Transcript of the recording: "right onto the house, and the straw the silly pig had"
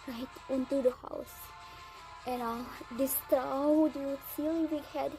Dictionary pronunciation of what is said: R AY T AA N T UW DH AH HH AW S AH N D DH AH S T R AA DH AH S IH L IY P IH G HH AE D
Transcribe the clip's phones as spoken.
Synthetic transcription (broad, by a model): R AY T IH N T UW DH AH HH AW S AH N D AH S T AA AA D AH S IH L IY B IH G HH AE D